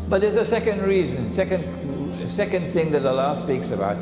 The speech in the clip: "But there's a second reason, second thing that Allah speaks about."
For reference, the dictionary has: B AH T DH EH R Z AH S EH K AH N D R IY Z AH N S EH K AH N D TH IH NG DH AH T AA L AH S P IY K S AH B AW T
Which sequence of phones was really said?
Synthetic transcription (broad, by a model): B AH T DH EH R Z AH S EH K AH N D R IY Z AH N S EH K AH N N TH IH NG DH AH T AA L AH S P IY K S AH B AW T